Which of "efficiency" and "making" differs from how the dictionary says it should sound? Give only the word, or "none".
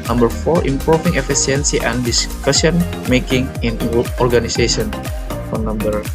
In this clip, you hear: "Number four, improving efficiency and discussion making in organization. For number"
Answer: efficiency